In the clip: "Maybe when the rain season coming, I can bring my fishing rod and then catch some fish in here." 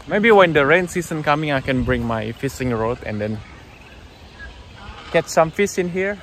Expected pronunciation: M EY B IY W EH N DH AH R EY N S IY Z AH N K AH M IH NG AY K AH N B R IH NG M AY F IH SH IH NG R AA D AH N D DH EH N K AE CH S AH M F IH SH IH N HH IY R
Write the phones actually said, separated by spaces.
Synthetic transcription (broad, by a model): M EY B IY W EH N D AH R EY N S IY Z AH N K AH M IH NG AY K AH N B R IH NG M AY F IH S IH NG R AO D AH N D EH N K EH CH S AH M F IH S IH N HH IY R